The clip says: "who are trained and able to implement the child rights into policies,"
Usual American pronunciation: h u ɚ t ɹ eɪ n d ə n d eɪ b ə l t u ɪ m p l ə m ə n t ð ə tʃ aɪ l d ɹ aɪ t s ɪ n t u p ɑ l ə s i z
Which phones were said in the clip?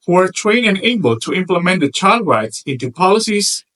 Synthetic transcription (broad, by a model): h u ɚ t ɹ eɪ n ə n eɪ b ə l t u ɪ m p l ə m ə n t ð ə tʃ aɪ l d ɹ aɪ t s ɪ n t u p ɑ l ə s i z